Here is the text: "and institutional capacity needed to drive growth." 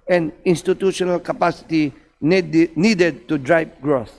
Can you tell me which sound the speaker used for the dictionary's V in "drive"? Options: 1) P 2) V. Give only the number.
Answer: 1